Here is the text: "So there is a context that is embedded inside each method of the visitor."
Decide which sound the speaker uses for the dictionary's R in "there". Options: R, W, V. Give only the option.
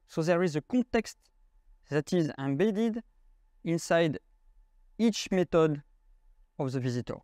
R